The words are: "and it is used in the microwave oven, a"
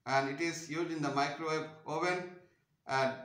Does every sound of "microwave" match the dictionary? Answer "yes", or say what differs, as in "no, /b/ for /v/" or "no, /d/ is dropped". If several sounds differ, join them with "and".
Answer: no, /b/ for /v/